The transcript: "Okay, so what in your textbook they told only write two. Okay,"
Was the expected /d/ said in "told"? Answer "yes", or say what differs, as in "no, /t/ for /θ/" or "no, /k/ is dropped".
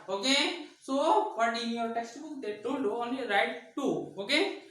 no, /d/ is dropped